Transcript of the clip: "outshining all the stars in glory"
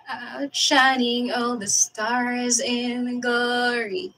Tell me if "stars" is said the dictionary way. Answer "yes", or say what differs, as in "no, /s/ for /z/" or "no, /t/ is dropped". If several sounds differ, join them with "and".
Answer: yes